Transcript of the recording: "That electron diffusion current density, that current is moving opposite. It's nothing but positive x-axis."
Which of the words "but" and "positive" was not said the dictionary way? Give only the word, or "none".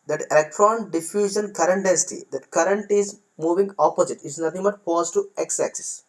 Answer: positive